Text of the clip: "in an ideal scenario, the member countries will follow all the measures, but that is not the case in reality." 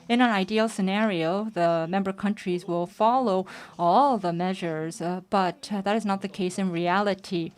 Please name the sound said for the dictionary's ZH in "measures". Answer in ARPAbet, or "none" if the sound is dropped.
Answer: ZH